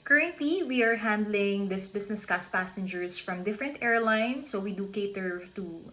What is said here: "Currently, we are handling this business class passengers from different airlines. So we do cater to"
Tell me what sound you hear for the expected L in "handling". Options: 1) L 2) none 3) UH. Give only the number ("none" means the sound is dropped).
1